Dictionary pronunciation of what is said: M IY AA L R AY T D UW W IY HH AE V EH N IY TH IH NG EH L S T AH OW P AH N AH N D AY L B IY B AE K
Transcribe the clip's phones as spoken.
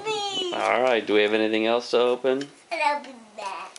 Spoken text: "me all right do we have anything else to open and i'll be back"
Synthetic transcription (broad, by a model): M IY AA L R AY T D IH W IY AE V EH N IY TH IH NG EH L S T AH OW P AH N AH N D AY L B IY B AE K